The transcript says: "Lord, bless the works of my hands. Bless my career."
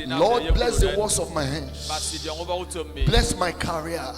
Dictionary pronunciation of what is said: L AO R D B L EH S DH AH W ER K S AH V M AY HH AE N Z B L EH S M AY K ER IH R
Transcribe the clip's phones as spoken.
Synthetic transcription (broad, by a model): L AO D B L EH S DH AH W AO S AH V M AY HH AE N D B L EH S M AY K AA R